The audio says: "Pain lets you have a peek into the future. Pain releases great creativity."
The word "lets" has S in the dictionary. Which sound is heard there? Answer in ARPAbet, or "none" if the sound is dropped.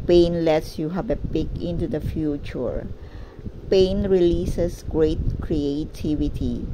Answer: S